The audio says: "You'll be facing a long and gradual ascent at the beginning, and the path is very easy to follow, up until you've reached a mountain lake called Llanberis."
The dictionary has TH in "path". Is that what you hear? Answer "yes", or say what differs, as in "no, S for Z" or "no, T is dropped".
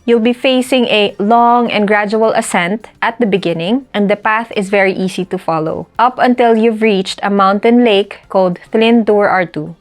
yes